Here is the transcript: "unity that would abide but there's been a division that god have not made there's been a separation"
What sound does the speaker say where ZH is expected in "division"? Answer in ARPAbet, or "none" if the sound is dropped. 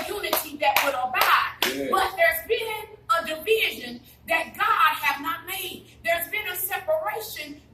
ZH